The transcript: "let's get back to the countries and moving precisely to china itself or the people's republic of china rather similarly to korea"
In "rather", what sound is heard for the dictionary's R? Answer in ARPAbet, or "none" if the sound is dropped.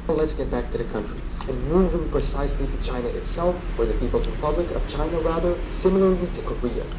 R